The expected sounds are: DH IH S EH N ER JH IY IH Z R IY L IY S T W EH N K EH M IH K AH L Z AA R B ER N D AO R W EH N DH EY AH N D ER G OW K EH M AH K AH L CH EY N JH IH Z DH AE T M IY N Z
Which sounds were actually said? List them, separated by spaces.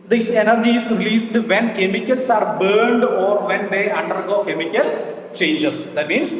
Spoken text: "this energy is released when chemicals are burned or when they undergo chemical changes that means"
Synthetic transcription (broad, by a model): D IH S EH N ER JH IY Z R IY L IY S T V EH N K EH M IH K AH L S AA R B ER N D AO R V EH N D EY AH N D ER G OW K EH M AH K AH L CH EY N JH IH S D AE T M IY N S